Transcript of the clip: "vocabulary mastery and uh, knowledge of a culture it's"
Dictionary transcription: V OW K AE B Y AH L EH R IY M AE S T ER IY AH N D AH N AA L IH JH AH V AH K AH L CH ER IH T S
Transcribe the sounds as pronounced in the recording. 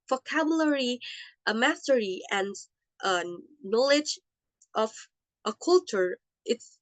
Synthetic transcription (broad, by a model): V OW K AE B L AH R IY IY M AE S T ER IY AH N D AH N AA L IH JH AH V AH K AH L CH ER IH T S